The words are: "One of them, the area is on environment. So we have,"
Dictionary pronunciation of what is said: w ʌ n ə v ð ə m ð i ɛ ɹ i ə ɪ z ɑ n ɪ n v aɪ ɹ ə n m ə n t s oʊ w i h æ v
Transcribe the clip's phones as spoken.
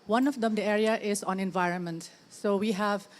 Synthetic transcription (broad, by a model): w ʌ n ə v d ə m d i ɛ ɹ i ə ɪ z ɑ n ɪ n v aɪ ɹ ə n m ə n t s oʊ w i h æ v